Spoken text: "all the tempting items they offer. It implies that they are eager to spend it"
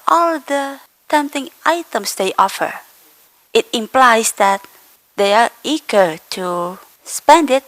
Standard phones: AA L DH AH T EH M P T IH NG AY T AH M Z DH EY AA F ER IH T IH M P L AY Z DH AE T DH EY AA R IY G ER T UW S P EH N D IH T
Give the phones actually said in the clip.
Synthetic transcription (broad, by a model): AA L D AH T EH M T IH NG AY T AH M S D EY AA F ER IH T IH M P L AY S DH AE T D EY AA R IY G ER T UW S P EH N D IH T